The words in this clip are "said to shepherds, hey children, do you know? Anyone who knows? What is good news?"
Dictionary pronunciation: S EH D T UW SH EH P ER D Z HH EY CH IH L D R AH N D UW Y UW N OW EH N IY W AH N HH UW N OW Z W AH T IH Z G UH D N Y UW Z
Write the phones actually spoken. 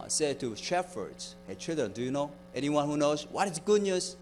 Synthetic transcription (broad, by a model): S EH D T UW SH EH F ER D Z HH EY CH IH L D R AH N D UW Y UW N OW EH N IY W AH N HH UW N OW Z W AH T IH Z G UH D N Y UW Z